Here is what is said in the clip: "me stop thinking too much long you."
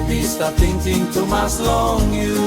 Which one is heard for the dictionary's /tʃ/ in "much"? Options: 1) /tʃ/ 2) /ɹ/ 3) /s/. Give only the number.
3